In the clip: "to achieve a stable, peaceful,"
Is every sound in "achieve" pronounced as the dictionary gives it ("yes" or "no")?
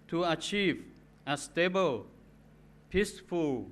yes